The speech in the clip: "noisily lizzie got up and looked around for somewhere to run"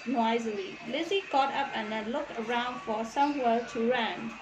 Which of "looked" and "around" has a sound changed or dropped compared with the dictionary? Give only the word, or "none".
looked